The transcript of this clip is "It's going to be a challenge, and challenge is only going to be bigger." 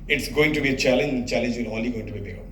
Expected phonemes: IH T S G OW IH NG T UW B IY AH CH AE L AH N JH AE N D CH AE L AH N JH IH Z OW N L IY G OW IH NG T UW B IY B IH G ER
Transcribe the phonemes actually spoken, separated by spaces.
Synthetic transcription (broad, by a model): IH T S G OW IH NG T UW B IY AH CH AE L AH N JH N CH AE L AH N JH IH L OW L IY G OW IH NG T UW B IY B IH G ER